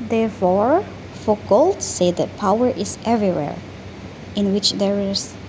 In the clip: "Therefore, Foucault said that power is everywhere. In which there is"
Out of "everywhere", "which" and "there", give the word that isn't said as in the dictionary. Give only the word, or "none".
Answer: none